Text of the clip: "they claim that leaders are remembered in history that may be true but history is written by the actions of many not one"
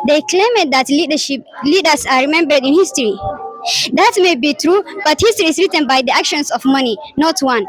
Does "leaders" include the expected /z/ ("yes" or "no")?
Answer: no